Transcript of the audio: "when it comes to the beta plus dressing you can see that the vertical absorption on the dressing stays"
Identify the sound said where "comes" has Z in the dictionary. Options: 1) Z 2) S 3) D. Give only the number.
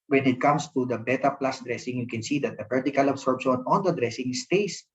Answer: 2